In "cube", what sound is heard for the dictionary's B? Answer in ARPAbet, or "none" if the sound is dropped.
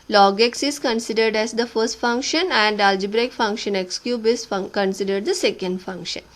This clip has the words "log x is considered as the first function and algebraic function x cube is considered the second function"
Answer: B